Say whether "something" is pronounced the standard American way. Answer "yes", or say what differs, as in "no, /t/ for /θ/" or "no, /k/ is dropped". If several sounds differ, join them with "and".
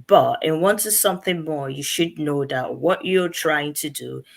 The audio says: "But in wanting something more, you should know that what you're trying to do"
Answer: yes